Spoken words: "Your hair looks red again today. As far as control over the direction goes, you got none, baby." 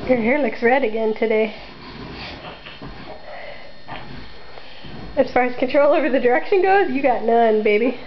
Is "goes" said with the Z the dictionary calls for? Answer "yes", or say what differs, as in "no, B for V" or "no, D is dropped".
yes